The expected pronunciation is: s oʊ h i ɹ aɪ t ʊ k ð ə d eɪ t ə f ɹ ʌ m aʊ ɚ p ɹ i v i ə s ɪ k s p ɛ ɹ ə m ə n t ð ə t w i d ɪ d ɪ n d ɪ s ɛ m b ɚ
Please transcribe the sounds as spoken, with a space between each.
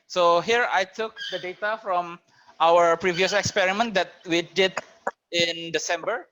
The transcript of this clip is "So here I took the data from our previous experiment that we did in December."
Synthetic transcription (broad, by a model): s oʊ h i ɹ aɪ t ʊ k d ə d eɪ t ə f ɹ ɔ m aʊ ɚ p ɹ i v i ə s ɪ k s p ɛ ɹ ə m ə n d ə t w i d ɪ d ɪ n d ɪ s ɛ m b ɚ